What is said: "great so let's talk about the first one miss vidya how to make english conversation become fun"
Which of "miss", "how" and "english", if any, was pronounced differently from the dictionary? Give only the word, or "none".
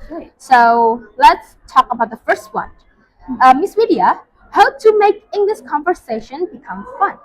english